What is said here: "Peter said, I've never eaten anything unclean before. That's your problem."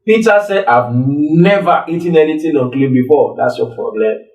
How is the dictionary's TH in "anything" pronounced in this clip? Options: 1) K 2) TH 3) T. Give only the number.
3